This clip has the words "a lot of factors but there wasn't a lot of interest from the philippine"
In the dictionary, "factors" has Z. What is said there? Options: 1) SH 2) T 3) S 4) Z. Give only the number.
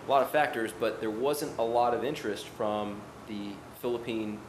4